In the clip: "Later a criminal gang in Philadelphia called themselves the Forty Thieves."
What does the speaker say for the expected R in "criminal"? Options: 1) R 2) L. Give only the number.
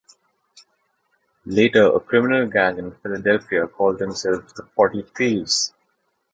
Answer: 1